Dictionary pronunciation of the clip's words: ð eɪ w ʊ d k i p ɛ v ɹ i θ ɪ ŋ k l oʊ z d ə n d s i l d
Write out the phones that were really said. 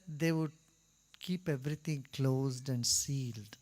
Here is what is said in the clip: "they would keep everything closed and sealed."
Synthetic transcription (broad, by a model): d eɪ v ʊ d k i p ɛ v ɹ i t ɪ ŋ k l oʊ z d ə n d s i l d